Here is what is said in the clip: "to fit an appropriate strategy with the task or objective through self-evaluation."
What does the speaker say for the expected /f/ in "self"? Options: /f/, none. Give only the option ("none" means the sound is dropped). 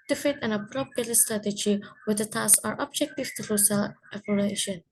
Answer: none